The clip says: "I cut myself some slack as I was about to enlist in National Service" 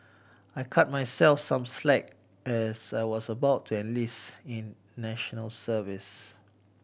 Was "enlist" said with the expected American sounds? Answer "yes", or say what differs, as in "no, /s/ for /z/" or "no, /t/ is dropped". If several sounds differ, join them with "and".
no, /t/ is dropped